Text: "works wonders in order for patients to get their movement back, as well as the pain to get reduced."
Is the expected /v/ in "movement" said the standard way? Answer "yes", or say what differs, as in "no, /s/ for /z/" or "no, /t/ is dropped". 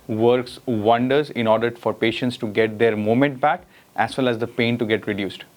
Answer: no, /v/ is dropped